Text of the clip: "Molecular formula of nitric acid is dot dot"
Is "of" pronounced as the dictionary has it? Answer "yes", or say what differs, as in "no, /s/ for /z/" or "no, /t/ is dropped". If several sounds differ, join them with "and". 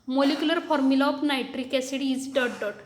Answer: no, /p/ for /v/